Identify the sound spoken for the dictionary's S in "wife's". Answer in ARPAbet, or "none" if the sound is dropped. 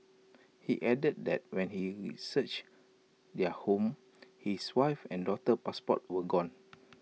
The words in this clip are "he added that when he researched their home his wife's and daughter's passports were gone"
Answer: none